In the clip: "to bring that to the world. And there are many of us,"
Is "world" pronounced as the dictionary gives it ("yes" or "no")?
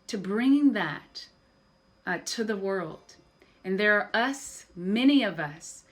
yes